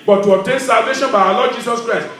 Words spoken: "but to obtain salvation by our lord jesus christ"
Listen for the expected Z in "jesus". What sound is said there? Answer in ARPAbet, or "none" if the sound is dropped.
S